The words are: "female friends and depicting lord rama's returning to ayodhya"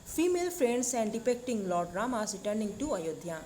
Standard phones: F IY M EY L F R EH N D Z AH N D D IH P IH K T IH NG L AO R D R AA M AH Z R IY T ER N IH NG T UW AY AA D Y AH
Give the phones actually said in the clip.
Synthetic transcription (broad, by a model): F IY M EY L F R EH N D S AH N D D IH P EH K T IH NG L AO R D R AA M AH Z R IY T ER N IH NG T UW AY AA D Y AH